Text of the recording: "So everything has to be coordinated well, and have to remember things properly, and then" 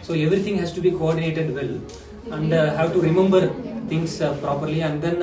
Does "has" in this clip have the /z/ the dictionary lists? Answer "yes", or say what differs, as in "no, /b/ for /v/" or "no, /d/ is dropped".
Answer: no, /s/ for /z/